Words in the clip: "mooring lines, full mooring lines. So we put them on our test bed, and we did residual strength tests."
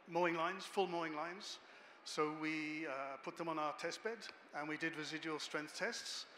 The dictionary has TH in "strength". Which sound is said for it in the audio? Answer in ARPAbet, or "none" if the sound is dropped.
TH